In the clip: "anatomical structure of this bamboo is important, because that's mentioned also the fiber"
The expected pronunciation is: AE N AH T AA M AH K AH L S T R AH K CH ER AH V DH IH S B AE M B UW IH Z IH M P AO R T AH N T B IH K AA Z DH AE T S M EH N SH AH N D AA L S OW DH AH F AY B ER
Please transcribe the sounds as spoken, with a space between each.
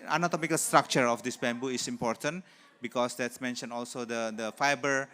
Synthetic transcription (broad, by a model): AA N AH T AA M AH K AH L S T R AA K CH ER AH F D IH S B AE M B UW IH S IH M P AO R T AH N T B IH K AA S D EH T S M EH N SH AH N AA L S OW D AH F AY B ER